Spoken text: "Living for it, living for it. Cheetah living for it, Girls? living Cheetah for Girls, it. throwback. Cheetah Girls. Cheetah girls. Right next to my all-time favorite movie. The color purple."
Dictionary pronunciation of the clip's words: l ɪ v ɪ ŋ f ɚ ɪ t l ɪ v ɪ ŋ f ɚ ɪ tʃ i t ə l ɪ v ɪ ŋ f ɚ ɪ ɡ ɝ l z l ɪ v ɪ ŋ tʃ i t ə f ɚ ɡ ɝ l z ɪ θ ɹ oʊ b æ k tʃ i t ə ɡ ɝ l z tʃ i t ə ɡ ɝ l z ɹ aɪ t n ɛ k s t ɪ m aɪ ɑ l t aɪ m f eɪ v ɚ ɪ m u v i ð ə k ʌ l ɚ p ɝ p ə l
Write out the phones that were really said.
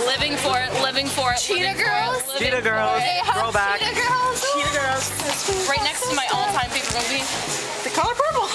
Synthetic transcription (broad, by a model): l ɪ v ɪ ŋ f ɚ ɪ t l ɪ v ɪ ŋ f ɚ ɪ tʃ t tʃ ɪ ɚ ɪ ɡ ɝ l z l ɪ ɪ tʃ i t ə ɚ ɡ ɝ l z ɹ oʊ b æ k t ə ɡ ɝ l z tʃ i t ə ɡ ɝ l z ɹ aɪ t n ɛ k s t ɪ m aɪ ɑ l t aɪ m p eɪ p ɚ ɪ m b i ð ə k ʌ l ɚ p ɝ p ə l